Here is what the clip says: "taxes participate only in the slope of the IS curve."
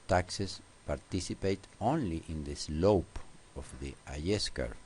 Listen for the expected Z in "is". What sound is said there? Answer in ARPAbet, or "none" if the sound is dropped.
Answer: S